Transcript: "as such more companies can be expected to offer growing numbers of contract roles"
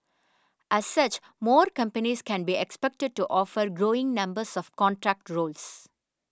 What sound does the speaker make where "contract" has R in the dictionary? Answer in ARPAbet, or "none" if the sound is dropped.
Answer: R